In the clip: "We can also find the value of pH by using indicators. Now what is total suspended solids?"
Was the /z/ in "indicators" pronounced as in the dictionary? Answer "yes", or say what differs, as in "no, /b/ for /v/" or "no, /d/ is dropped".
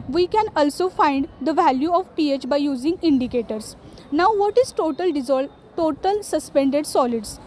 no, /s/ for /z/